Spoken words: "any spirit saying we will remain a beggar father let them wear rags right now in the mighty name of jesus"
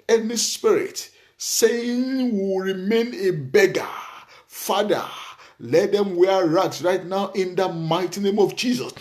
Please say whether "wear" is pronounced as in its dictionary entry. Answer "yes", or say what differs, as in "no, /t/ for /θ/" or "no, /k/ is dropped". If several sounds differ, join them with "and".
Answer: yes